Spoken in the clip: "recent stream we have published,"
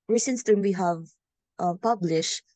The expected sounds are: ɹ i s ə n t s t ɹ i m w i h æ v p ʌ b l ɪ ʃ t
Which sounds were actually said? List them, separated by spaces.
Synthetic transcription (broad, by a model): ɹ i s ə n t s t i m w i h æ v p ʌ b l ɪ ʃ t